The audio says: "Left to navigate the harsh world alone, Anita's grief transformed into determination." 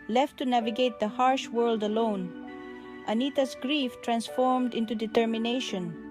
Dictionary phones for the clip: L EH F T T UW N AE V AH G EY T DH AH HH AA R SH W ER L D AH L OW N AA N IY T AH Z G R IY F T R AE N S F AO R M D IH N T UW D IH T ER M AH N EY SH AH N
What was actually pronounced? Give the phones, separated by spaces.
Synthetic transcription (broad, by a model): L EH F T T UW N AE V AH G EY T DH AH HH AA R SH W ER L D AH L OW N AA N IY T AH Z G R IY F T R AE N S F AO R M D IH N T UW D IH T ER M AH N EY SH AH N